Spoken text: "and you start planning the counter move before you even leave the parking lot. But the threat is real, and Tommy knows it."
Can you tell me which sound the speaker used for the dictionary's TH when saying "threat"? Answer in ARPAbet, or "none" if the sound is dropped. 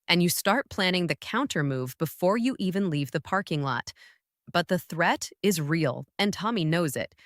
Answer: TH